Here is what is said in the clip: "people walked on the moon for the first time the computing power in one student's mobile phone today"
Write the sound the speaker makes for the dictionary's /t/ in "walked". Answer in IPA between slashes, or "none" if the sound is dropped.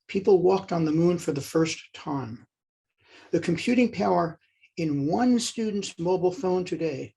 /t/